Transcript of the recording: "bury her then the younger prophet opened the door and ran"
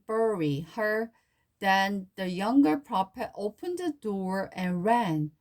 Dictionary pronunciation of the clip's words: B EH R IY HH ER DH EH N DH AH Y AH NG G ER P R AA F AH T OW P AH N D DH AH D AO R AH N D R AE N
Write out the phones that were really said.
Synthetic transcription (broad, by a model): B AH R IY HH ER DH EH N DH AH Y AH NG G ER P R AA P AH T OW P AH N D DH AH D AO R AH N R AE N